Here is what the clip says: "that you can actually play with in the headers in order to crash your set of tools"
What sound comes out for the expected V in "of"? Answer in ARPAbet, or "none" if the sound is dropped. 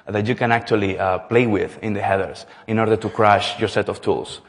F